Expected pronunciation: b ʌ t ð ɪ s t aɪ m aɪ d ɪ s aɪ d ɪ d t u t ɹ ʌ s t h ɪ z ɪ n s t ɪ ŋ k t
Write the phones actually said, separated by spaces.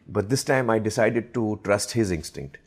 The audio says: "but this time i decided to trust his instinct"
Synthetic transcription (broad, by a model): b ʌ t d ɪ s t aɪ m aɪ d ɪ s aɪ d ɪ d t u t ɹ ʌ s t h ɪ z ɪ n s t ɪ ŋ k t